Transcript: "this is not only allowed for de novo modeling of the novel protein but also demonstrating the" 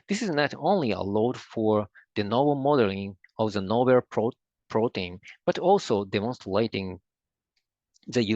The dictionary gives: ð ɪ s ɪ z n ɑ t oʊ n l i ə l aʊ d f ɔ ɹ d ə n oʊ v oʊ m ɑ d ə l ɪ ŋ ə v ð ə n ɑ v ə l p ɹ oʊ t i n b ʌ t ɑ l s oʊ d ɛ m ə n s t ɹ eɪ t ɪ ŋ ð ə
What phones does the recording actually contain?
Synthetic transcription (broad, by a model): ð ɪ s ɪ z n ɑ t oʊ n l i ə l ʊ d f ɔ ɹ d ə n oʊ b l m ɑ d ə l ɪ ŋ ə v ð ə n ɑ b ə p p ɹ oʊ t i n b ʌ t ɑ l s oʊ d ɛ m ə n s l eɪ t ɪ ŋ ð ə